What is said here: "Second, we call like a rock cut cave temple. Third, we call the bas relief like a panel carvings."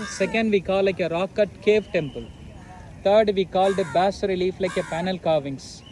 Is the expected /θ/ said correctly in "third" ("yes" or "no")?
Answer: no